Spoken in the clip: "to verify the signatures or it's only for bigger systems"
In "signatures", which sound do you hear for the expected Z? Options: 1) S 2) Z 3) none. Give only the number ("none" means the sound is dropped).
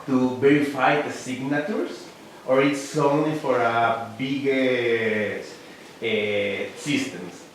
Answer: 1